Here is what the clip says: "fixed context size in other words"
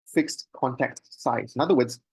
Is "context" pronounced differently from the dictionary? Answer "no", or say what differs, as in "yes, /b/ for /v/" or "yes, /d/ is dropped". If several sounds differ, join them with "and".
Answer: yes, /s/ is dropped